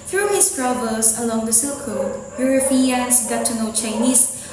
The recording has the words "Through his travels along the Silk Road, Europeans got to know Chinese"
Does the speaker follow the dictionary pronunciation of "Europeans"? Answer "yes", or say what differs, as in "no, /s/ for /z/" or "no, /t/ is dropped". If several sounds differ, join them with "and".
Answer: no, /f/ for /p/